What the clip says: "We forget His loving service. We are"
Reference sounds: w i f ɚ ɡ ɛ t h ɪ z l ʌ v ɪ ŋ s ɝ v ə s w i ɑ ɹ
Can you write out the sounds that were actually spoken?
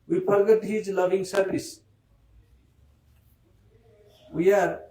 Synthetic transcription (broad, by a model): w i p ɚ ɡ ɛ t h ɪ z l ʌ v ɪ ŋ s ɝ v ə s w i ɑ ɹ